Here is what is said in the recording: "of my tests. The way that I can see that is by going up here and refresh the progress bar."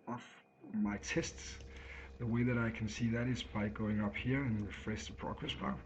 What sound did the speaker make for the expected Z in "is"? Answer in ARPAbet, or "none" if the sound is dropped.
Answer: Z